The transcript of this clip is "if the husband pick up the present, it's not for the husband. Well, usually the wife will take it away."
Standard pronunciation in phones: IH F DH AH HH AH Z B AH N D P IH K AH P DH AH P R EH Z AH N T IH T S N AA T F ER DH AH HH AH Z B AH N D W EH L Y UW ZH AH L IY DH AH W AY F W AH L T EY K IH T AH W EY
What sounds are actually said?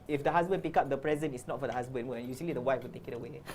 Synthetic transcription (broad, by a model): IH F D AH HH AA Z B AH N P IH K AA P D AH P R EH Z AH N IH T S N AA T F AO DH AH HH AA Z B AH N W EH N Y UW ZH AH L IY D AH W AY F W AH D T EY K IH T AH W EY